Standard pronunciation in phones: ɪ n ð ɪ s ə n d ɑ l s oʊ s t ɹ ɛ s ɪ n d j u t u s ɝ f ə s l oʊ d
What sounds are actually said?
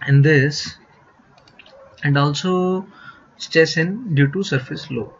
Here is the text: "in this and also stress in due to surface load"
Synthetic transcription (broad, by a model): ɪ n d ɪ s ə n d ɑ l s oʊ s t ɛ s ɪ n d j u t u s ɝ f ə s l oʊ